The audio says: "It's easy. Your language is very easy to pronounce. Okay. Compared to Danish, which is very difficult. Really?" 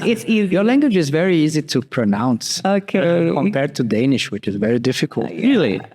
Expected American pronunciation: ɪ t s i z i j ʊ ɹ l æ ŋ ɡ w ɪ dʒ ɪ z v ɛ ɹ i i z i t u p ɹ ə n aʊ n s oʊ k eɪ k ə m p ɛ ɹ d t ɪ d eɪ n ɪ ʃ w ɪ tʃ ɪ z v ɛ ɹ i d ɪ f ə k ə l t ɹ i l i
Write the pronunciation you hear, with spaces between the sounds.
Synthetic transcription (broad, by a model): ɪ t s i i j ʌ ɹ l æ ŋ ɡ w ɪ dʒ ɪ z v ɛ ɹ i i z i t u p ɹ ə n aʊ n s oʊ k eɪ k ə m p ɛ ɹ d t ɪ d eɪ n ɪ ʃ w ɪ tʃ ɪ z v ɛ ɹ i d ɪ f ə k ə l t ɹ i l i